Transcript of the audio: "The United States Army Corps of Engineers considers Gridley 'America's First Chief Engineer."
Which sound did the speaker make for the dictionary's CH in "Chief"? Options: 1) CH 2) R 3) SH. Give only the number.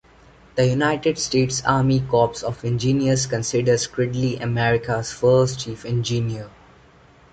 1